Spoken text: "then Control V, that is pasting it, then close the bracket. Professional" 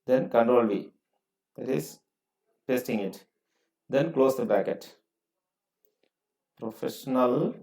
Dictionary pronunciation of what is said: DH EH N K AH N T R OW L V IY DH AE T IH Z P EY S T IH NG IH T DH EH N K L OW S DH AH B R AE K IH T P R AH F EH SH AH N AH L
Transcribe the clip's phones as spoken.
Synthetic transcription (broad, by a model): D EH N K AH N T R OW L V IY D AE T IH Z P EY S T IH NG IH T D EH N K L OW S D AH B AE K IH T P R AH F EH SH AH N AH L